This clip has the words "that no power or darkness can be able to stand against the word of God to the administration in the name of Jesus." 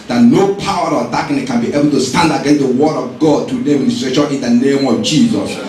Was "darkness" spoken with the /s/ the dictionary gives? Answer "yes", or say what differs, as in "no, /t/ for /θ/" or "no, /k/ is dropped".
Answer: no, /s/ is dropped